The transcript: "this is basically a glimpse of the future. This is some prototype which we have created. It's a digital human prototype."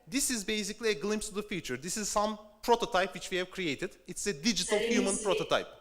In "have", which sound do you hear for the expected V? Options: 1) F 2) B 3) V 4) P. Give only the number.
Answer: 3